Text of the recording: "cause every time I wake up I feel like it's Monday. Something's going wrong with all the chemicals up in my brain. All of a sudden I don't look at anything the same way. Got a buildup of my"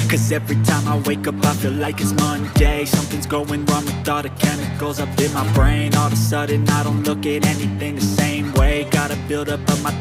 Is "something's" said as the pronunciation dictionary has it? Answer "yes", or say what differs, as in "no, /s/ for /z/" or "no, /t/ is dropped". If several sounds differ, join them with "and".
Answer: yes